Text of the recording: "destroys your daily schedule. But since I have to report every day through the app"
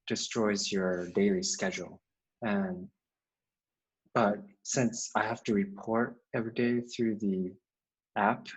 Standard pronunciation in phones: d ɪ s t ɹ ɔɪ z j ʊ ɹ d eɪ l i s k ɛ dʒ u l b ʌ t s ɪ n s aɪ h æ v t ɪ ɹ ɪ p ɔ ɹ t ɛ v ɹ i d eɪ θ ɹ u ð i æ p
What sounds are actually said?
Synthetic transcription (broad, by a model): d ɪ s t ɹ ɔɪ z j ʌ ɹ d eɪ l i s k ɛ dʒ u n b ʌ t s ɪ n s aɪ h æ f t ɪ ɹ ɪ p ɔ ɹ t ɛ v ɹ i d eɪ θ ɹ u ð i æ p